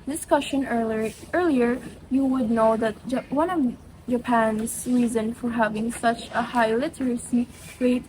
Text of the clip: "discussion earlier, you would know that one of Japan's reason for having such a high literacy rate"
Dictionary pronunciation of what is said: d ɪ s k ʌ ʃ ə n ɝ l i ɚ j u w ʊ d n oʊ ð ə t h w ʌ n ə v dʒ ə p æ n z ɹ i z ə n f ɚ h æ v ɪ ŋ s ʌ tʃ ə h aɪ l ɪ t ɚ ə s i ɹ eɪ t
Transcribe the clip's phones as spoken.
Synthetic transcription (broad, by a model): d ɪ s k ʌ ʃ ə n ɝ l i ɚ j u w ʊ d n oʊ ð ə t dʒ w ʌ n ə v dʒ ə p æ n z ɹ i z ə n f ɚ h æ v ɪ ŋ s ʌ tʃ ə h aɪ l ɪ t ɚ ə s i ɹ eɪ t